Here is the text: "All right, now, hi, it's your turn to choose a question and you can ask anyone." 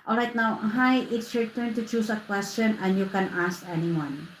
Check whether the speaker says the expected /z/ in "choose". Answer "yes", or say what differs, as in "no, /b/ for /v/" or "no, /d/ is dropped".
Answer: no, /s/ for /z/